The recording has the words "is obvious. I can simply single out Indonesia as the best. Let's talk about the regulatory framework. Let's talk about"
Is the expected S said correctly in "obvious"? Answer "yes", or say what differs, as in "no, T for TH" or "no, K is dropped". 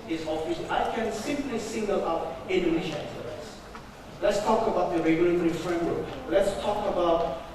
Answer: no, S is dropped